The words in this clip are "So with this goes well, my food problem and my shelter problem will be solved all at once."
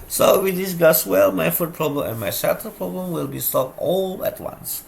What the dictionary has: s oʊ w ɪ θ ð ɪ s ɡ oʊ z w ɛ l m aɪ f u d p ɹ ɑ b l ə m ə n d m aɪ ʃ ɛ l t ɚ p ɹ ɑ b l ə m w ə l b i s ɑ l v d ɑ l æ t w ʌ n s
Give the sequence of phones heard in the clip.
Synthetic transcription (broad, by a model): s oʊ w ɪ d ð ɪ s ɡ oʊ s w ɛ l m aɪ f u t p ɹ ɑ b l ə m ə n m aɪ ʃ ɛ t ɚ p ɹ ɑ b l ə m w ə l b i s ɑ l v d ɑ l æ t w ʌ n s